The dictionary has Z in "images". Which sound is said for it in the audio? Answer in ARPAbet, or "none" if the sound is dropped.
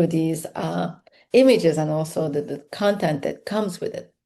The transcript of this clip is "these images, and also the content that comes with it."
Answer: Z